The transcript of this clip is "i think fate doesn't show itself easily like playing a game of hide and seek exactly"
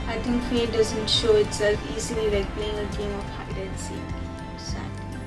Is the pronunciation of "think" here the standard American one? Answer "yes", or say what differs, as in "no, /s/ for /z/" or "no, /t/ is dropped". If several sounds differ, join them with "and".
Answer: no, /t/ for /θ/